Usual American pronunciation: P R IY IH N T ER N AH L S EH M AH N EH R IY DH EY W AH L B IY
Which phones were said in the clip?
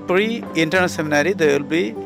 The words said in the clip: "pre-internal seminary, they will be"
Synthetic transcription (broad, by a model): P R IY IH N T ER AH N S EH M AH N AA R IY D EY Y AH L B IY